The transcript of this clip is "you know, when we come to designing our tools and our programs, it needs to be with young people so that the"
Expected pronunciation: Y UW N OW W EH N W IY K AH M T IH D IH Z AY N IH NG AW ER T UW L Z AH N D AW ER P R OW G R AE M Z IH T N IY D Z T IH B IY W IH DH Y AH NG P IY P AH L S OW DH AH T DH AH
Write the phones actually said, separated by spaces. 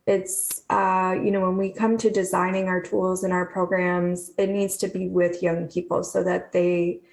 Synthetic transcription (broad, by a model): Y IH N OW W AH N W IY K AH M T IH D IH Z AY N IH NG AW ER T UW L Z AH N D AW ER P R OW G R AE M Z IH T N IY D Z T IH B IY W IH DH Y AH NG P IY P L S OW DH AH T DH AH